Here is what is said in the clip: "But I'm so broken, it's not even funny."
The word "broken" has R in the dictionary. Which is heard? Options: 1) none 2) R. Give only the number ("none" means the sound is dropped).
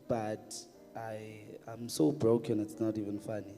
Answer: 2